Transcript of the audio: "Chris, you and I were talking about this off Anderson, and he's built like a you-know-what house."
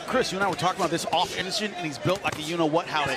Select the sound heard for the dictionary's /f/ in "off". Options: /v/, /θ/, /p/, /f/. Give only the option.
/f/